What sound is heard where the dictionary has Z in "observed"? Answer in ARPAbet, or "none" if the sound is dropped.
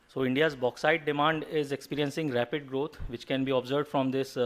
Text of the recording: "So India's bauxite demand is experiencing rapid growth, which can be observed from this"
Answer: Z